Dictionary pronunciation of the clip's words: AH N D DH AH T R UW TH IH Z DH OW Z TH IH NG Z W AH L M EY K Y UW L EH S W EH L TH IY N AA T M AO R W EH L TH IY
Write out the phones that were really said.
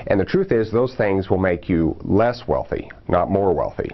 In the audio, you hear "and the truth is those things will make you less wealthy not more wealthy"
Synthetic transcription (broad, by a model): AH N DH AH T R UW TH IH Z DH OW Z TH IH NG Z W AH L M EY K Y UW L EH S W EH L TH IY N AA T M AO R W EH L TH IY